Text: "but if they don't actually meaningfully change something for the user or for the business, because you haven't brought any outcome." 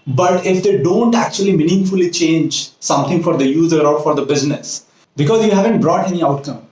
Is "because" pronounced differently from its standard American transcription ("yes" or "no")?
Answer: no